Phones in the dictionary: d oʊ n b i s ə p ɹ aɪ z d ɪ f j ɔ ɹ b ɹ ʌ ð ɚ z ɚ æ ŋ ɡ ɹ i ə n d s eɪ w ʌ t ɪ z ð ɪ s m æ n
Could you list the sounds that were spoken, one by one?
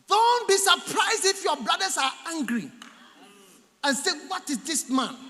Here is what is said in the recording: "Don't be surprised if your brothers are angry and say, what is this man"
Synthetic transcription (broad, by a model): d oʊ n b i s ə p ɹ aɪ z d ɪ f j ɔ b l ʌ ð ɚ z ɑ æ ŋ ɡ ɹ i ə n s eɪ w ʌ t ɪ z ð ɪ s m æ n